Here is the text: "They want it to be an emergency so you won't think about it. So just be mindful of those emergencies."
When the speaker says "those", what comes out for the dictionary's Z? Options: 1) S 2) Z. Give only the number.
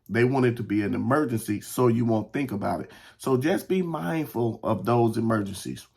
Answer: 2